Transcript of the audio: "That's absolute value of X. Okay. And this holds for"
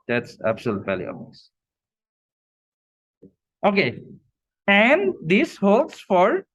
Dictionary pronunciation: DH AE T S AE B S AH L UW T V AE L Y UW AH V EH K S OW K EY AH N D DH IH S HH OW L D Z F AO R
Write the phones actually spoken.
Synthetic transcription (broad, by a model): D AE T S AE B S AH L UW T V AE L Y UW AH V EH S OW K EY AH N D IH S HH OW L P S F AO R